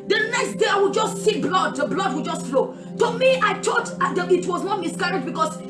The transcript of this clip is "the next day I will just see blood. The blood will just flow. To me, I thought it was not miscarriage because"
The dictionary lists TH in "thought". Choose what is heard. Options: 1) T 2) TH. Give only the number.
1